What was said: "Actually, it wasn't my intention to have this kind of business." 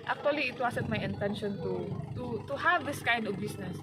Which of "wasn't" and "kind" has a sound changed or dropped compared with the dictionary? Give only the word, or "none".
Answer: wasn't